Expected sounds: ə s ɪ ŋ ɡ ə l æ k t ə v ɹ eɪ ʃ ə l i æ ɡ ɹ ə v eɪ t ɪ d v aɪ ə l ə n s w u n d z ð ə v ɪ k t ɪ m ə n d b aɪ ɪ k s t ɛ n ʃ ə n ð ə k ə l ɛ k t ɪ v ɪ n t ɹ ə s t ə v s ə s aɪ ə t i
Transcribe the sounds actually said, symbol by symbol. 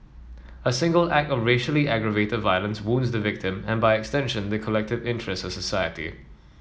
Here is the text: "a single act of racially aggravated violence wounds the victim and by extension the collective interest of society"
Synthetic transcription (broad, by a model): ə s ɪ ŋ ɡ ə l æ k t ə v ɹ eɪ ʃ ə l i æ ɡ ɹ ə v eɪ t ɪ d v aɪ ə l ə n s w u n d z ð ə v ɪ k t ɪ m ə n b aɪ ɪ k s t ɛ n ʃ ə n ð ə k ə l ɛ k t ɪ v ɪ n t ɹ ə s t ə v s ə s aɪ ə t i